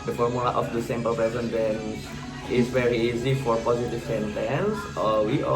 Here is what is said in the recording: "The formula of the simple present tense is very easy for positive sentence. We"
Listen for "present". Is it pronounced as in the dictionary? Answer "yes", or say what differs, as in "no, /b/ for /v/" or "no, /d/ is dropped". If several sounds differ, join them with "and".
no, /ɹ/ is dropped